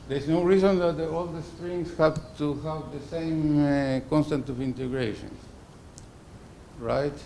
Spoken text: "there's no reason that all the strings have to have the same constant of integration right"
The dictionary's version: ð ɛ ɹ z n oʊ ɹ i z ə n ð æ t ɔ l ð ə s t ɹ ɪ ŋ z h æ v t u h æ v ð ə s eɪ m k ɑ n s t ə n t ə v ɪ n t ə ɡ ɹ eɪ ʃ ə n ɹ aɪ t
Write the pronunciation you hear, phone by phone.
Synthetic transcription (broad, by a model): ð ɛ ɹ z n oʊ ɹ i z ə n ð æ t ɔ l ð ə s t ɹ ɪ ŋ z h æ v t u h æ v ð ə s eɪ m k ɑ n s t ə n t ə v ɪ n t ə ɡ ɹ eɪ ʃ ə n ɹ aɪ t